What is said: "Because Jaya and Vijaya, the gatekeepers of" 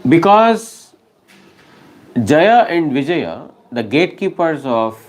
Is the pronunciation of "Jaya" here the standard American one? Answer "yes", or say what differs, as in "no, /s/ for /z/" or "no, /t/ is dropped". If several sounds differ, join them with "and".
yes